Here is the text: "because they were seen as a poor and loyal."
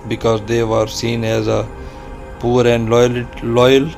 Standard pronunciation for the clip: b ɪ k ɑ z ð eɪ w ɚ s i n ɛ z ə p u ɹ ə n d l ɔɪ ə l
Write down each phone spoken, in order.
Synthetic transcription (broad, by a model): b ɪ k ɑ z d eɪ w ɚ s i n ɛ z ə p u ɹ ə n d l ɔɪ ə l